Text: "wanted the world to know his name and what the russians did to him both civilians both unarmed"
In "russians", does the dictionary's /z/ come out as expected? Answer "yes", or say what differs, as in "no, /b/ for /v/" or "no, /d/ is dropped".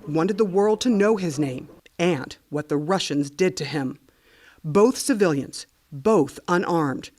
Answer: yes